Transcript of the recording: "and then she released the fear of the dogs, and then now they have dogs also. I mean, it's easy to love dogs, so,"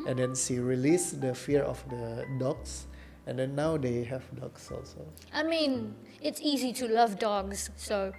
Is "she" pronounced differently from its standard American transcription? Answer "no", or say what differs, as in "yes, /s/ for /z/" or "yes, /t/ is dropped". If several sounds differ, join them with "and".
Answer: yes, /s/ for /ʃ/